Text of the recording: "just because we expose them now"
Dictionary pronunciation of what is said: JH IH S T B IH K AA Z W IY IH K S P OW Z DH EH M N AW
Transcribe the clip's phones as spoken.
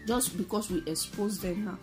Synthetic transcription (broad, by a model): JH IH S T B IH K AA S W IY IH K S P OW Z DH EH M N AW